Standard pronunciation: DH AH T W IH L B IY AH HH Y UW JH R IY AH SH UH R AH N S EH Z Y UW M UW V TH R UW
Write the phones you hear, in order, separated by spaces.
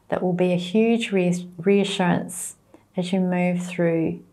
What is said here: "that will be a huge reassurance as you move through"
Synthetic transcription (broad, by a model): DH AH T W IH L B IY AH HH Y UW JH R IY AH SH UH R AH N S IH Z Y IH M UW V TH R UW